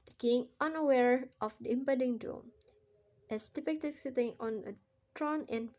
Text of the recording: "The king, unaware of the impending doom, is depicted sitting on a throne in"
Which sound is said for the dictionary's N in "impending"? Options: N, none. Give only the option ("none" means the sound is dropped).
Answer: none